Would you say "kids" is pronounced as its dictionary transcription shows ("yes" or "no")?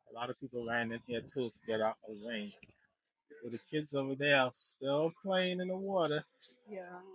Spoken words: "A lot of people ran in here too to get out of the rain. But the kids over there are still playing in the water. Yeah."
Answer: yes